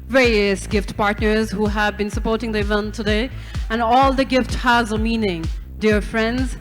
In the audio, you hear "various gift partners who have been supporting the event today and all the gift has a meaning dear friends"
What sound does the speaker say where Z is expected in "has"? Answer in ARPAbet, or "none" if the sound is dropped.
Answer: Z